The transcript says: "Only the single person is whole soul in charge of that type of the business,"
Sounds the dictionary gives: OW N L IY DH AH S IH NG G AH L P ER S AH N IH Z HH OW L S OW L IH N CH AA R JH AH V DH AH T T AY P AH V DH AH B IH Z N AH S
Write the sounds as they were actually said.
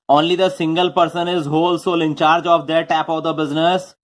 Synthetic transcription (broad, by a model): OW N L IY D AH S IH NG G AH L P ER S AH N IH Z HH OW L S OW L IH N CH AA R JH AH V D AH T T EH P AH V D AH B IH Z N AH S